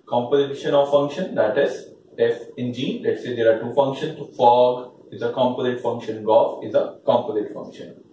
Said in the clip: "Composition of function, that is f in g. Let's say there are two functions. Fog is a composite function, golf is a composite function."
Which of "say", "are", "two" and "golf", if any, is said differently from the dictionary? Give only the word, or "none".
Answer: golf